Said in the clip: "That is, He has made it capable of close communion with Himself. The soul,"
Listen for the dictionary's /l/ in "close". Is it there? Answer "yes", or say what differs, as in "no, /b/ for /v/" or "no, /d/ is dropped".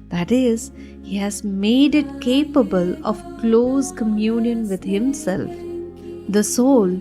yes